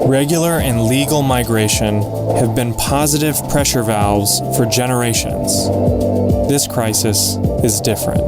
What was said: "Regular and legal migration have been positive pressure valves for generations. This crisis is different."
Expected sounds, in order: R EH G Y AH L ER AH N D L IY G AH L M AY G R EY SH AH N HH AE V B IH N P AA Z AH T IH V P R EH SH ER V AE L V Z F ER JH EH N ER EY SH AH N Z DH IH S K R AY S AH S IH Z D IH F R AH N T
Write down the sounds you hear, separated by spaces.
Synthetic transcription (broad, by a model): R EH G Y L ER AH N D L IY G L M AY G R EY SH AH N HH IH V B IH N P AA Z AH T IH V P R EH SH ER V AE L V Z F ER JH EH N ER EY SH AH N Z DH IH S K R AY S AH S IH Z D IH F R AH N T